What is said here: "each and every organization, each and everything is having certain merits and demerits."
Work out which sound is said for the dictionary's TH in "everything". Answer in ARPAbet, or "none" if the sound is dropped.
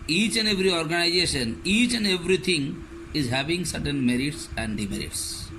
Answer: T